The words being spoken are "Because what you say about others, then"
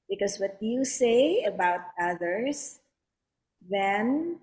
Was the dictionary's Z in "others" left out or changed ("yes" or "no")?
yes